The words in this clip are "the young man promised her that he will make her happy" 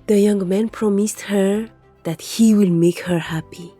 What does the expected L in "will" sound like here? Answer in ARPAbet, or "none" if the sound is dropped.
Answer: L